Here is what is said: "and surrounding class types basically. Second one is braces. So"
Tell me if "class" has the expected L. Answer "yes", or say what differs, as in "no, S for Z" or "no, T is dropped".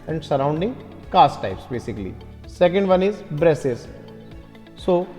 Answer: no, L is dropped